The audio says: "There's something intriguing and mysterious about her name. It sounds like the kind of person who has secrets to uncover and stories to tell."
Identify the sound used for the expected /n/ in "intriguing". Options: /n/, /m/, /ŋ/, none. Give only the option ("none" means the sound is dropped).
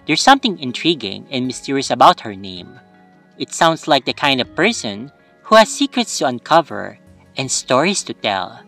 /n/